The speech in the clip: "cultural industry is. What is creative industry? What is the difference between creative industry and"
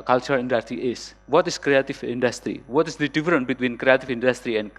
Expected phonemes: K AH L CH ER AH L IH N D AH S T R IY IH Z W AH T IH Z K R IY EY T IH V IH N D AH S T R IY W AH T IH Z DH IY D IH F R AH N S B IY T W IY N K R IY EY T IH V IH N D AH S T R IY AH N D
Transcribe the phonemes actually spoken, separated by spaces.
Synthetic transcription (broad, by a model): K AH L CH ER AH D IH N D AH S T R IY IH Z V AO T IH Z K R IY EY T IH V IH N D AH S T R IY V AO T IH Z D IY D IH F R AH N B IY T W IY N K R IY EY T IH V IH N D AH S T R IY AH N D